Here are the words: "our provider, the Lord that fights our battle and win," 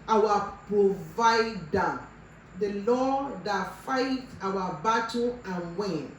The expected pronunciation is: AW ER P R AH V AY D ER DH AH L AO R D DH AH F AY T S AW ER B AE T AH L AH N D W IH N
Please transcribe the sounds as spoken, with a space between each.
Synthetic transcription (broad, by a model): AW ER P R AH V AY D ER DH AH L AO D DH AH F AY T AW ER B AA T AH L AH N W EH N